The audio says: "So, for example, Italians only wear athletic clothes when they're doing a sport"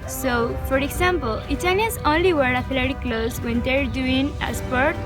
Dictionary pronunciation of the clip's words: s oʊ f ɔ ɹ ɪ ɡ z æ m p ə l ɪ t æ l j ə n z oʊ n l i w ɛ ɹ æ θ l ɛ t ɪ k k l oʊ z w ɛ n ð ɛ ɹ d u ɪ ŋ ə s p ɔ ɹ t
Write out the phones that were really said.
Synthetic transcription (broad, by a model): s oʊ f ɔ ɹ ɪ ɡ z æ m p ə l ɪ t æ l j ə z oʊ n l i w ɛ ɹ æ f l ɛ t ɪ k k l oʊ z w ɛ n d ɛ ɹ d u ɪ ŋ ə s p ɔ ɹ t